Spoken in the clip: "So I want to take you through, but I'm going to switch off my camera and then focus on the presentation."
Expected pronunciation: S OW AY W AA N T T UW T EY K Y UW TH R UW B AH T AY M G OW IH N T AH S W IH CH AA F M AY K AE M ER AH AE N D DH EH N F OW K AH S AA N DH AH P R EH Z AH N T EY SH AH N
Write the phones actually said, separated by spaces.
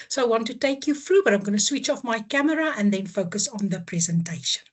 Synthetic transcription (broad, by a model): S OW AY W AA N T T UW T EY K Y UW F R UW B AH T AY M G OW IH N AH S W IH CH AA F M AY K AE M ER AH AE N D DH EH N F OW K AH S AA N DH AH P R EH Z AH N T EY SH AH N